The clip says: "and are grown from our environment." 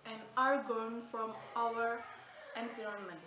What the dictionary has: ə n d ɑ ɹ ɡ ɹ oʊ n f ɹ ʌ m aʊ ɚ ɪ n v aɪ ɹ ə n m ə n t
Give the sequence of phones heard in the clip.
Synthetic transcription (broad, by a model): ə n ɑ ɹ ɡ oʊ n f ɹ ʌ m aʊ ɚ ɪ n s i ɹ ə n m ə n